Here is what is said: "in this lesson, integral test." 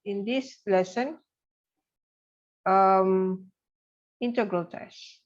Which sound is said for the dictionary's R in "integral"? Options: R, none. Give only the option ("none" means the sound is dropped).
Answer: R